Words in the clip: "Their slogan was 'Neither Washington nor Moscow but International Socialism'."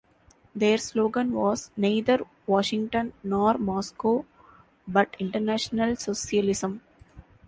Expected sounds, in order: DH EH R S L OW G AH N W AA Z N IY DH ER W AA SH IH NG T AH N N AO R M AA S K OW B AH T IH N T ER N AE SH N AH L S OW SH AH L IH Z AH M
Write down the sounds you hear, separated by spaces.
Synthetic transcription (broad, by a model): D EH R S L OW G AH N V AA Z N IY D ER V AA SH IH NG T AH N N AO R M AA S K OW B AH T IH N T ER N AE SH N AH L S OW S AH L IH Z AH M